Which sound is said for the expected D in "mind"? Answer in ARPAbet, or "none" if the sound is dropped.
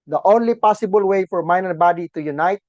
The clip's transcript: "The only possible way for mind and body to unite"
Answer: none